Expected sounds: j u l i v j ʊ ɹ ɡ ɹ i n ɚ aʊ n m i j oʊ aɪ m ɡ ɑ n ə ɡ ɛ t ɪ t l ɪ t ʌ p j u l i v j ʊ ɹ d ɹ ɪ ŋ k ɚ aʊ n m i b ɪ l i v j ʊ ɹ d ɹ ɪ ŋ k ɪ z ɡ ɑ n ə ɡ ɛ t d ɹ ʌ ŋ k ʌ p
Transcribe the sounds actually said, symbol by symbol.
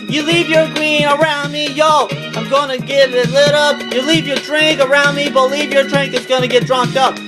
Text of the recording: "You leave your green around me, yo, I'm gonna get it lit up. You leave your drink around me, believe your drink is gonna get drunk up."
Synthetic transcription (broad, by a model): j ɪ l i v j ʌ ɹ ɡ ɹ i n ɚ aʊ n m i j oʊ aɪ m ɡ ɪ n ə ɡ ɛ t ɪ t l ɪ t ʌ p j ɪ l i v j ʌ ɹ d ɹ ɪ ŋ k ɚ aʊ n m i b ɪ l i v j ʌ ɹ d ɹ ɪ ŋ k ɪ s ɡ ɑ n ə ɡ ɛ t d ɹ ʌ ŋ k ʌ p